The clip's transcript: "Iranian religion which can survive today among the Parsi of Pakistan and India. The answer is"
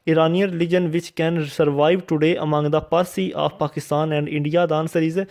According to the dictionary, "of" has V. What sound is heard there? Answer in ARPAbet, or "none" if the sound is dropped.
F